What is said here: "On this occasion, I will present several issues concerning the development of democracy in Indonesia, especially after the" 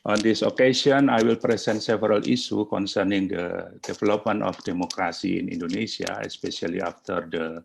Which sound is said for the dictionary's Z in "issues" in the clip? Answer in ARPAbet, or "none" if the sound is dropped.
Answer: none